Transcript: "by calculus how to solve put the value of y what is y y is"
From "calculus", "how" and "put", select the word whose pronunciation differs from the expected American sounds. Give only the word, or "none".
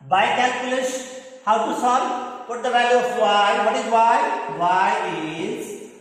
calculus